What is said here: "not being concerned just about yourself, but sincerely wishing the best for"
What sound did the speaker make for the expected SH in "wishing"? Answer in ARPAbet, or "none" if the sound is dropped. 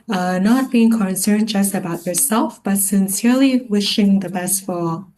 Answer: SH